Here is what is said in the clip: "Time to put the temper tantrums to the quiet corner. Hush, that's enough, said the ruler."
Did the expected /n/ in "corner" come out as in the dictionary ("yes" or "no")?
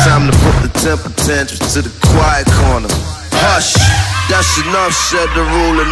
yes